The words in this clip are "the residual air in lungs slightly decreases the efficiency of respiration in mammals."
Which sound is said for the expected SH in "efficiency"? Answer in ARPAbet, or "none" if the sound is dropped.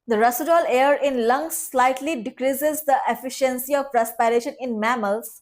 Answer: SH